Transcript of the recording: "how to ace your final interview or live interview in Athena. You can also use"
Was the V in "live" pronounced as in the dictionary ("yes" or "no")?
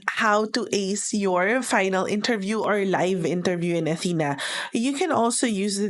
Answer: yes